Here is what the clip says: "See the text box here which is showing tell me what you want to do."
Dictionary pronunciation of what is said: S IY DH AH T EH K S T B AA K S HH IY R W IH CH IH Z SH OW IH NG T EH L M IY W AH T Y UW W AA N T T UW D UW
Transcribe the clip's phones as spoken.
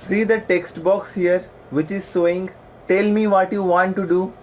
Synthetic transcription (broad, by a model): S IY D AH T EH K S T B AA K S HH IY R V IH CH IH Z S OW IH NG T EH L M IY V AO T Y UW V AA N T T UW D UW